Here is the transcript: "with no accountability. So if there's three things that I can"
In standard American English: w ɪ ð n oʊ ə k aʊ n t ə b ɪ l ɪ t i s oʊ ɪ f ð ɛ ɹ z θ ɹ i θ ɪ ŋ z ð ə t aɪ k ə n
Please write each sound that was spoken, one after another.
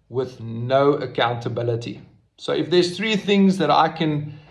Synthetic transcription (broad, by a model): w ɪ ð n oʊ ə k aʊ n t ə b ɪ l ɪ t i s oʊ ɪ f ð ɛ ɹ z θ ɹ i θ ɪ ŋ z ð ə t aɪ k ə n